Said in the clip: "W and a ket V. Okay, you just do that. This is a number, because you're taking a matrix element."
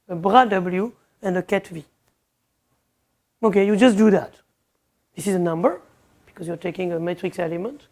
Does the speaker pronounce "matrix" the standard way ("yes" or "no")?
yes